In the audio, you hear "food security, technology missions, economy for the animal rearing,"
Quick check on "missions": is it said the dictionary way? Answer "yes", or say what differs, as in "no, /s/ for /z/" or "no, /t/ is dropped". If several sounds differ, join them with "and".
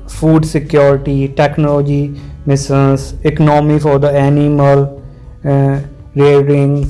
no, /s/ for /ʃ/